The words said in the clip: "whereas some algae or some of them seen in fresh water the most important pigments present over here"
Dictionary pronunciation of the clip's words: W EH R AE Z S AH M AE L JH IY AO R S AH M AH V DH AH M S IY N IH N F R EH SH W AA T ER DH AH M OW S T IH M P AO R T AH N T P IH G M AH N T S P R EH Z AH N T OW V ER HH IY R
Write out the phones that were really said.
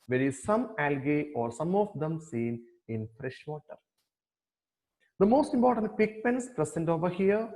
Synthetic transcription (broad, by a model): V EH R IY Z S AH M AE L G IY AO R S AH M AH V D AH M S IY N IH N F R EH SH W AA T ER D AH M OW S T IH M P AO R T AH N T P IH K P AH N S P R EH S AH N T OW V ER HH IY R